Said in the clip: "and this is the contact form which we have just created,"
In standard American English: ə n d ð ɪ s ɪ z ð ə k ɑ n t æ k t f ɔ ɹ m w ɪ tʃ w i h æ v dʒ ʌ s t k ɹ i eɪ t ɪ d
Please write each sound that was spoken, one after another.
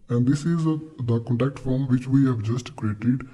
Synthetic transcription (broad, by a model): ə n d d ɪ s ɪ z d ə k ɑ n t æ k t f ɔ ɹ m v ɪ tʃ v i h æ v dʒ ʌ s t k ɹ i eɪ t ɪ d